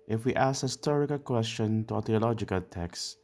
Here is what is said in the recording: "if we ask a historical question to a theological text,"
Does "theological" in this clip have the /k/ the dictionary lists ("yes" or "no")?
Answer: yes